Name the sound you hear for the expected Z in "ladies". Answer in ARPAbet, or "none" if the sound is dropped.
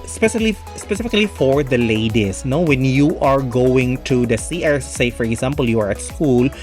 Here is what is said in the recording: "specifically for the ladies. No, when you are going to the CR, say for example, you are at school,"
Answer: S